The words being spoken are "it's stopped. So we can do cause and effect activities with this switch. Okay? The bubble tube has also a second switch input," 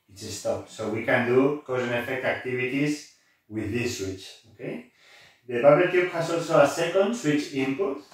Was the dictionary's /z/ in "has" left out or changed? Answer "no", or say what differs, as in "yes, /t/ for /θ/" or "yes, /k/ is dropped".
yes, /s/ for /z/